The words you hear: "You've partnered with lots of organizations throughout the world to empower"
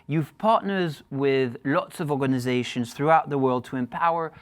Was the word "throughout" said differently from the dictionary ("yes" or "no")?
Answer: no